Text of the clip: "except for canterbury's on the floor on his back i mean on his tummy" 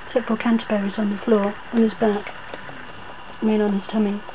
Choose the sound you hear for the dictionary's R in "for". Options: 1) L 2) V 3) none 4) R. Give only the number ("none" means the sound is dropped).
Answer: 1